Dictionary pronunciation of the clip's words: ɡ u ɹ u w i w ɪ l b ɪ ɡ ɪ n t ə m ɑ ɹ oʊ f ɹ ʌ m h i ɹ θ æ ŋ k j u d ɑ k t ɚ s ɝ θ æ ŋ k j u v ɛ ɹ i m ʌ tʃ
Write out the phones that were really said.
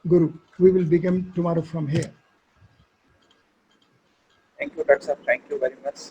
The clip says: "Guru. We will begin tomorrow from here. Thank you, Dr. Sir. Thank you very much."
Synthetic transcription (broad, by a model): ɡ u ɹ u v i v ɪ l b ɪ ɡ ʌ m t ə m ɑ ɹ oʊ f ɹ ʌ m h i ɹ t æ ŋ k j u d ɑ t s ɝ t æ ŋ k j u v ɛ ɹ i m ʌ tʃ